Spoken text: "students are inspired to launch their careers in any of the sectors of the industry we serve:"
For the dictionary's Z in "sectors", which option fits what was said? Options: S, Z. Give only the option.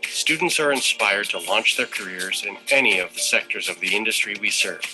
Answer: Z